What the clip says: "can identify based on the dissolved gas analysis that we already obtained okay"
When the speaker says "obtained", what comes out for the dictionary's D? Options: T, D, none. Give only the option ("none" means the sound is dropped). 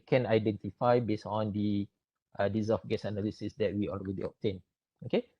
none